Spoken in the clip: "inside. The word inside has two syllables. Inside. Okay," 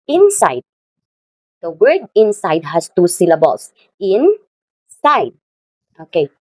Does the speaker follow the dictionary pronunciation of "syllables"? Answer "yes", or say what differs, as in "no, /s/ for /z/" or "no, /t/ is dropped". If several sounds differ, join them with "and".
no, /s/ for /z/